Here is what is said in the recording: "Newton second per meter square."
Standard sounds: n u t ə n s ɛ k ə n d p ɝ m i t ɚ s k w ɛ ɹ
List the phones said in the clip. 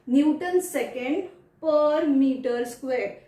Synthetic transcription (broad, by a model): n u t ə n s ɛ k ə n d p ɝ m i t ɚ s k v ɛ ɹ